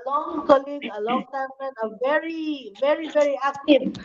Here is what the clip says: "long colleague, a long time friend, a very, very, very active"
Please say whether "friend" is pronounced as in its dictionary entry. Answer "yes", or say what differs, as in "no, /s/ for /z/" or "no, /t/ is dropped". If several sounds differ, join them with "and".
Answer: no, /d/ is dropped